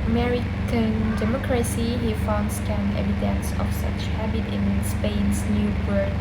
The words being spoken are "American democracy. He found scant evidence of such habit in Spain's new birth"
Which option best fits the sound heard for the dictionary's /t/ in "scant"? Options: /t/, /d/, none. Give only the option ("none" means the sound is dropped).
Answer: none